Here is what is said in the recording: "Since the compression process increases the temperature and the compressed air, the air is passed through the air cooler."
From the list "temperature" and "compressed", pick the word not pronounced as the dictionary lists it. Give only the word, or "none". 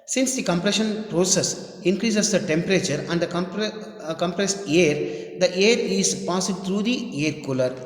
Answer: none